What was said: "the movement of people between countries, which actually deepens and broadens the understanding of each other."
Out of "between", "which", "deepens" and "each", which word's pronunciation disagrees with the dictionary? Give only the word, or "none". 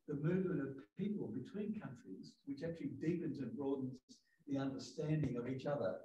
none